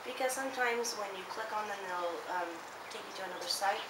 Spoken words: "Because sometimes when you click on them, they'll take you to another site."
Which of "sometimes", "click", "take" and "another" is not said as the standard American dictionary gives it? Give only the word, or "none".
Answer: none